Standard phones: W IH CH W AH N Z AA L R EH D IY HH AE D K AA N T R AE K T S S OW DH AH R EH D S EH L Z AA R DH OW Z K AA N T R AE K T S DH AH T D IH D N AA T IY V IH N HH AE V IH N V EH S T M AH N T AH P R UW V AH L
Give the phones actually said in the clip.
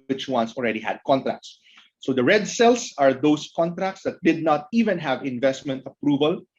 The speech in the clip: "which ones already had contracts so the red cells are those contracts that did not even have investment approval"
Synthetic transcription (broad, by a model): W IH CH W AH N S AA L R EH D IY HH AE D K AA N T R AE K T S S OW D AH R EH D S EH L S AA R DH OW S K AA N T R AE K T S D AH T D IH D N AA T IY V IH N HH AE V IH N V EH S T M AH N T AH P R UW V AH L